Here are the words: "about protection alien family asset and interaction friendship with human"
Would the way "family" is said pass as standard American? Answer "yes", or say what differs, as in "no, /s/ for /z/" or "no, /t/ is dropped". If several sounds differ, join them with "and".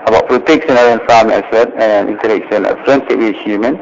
no, /l/ is dropped